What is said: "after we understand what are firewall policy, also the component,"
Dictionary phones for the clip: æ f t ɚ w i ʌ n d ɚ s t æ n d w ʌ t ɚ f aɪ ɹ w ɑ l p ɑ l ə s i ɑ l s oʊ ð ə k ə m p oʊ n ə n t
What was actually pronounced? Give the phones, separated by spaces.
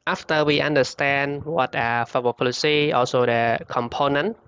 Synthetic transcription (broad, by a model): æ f t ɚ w i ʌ n d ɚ s t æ n d w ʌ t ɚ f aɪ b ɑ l p ɑ l ə s i ɑ l s oʊ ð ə k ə m p oʊ n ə n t